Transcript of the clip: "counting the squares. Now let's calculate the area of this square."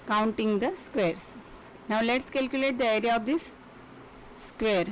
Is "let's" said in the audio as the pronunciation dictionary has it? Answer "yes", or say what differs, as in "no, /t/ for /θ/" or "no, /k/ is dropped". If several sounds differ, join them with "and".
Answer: yes